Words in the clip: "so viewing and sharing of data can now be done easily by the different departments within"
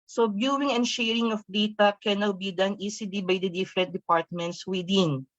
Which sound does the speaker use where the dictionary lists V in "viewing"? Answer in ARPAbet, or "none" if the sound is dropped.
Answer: B